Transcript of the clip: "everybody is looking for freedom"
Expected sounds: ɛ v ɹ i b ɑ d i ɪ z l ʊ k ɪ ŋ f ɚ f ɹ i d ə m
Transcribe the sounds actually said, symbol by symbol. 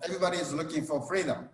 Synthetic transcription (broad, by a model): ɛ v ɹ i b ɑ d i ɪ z n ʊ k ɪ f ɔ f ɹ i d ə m